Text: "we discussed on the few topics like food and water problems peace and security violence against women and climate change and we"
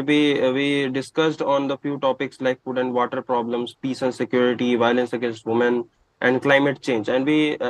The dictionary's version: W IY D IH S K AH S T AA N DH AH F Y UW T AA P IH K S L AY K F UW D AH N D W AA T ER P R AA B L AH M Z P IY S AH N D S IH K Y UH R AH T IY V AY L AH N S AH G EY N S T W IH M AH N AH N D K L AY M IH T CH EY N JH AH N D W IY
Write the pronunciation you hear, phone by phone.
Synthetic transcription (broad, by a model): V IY D IH S K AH S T AA N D AH F Y UW T AA P IH K S L AY K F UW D AH N D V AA T ER P R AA B L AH M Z P IY S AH N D S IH K Y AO R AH T IY V AY L AH N S AH G EY N S T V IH M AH N AH N D K L AY M IH T CH EY N JH AH N D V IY